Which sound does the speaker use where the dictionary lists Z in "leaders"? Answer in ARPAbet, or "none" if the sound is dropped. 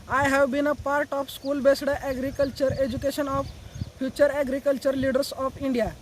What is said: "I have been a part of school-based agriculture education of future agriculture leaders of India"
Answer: S